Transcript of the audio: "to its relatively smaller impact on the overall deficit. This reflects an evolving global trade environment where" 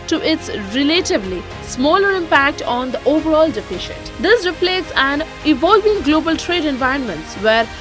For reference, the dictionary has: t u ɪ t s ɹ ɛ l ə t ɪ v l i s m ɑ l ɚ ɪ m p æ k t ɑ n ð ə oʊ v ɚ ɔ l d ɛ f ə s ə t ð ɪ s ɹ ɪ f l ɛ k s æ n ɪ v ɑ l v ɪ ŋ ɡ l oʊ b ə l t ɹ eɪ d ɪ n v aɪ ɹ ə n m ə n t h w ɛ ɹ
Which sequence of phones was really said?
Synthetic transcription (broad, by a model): t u ɪ t s ɹ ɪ l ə t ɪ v l i s m ɑ l ɚ ɪ m p æ k t ɑ n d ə oʊ v ɚ ɔ l d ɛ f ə ʃ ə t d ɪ s ɹ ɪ p l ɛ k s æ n ɪ v ɑ l v ɪ ŋ ɡ l oʊ b ə l t ɹ eɪ d ɪ n v aɪ ɹ ə n m ə n t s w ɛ ɹ